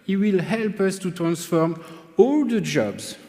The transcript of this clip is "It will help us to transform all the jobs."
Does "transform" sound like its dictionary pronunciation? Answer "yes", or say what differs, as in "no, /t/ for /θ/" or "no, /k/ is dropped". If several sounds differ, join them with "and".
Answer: yes